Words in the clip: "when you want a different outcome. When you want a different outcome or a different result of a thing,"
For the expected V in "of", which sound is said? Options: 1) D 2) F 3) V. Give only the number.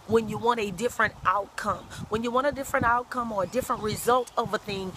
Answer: 3